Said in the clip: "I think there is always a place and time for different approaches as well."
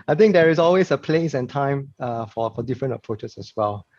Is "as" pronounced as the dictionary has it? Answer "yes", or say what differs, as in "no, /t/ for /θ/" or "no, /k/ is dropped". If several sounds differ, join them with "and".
no, /s/ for /z/